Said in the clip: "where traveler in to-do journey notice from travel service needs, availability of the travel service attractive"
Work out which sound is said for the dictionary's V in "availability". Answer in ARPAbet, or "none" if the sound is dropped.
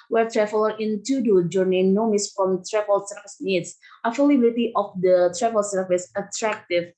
F